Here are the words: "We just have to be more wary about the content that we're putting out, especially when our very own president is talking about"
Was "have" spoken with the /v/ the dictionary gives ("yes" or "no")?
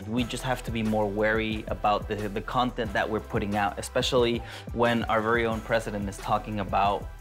no